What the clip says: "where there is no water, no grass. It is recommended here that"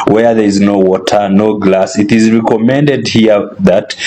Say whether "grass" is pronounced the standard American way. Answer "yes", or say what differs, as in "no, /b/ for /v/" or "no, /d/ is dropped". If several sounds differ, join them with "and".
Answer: no, /l/ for /ɹ/